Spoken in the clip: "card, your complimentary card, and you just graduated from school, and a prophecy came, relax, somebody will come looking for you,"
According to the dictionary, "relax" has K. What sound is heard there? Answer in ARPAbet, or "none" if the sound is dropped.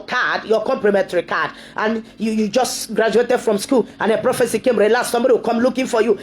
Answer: none